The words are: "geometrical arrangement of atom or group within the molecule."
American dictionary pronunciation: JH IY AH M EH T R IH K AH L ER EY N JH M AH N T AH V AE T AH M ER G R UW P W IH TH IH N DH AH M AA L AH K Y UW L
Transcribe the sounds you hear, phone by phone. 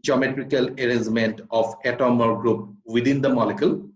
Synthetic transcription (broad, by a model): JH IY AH M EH T R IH K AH L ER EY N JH M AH N T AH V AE T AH M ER G R UW P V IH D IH N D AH M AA L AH K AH L